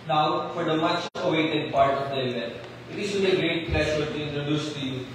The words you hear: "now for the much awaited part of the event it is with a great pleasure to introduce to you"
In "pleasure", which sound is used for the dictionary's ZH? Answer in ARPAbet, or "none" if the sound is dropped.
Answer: SH